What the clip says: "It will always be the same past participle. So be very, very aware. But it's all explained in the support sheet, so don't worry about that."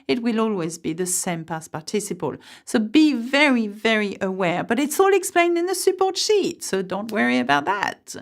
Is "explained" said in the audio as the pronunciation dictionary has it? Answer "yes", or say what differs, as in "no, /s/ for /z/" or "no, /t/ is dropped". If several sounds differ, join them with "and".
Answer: yes